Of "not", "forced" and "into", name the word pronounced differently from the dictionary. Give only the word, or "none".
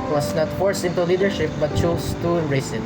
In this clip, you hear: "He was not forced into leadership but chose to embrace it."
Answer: forced